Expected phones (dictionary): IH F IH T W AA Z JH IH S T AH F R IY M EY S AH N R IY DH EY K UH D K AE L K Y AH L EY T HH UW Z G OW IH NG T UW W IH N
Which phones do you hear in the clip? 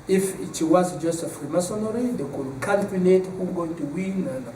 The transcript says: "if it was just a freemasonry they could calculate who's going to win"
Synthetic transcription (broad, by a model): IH F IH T W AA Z JH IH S AH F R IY M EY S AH N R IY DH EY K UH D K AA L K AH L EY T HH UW G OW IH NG T UW W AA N